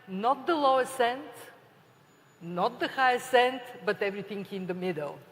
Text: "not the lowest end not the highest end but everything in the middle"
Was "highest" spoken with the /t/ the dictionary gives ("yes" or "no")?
no